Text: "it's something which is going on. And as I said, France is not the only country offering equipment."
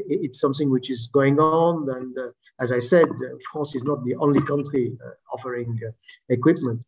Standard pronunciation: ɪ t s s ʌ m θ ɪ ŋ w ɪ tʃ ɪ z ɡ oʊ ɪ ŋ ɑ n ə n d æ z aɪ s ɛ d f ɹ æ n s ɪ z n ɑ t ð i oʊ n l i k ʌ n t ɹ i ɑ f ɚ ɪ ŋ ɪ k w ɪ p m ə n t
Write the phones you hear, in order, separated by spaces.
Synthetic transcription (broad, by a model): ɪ t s s ʌ m θ ɪ ŋ w ɪ tʃ ɪ z ɡ oʊ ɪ ŋ ɑ n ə n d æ z aɪ s ɛ d f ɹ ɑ s ɪ z n ɑ t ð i oʊ n l i k ʌ n t ɹ i ɑ f ɚ ɪ ŋ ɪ k w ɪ p m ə n t